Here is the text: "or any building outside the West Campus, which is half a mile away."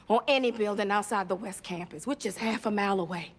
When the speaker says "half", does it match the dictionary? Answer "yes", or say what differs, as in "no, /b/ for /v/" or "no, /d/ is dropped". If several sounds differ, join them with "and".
yes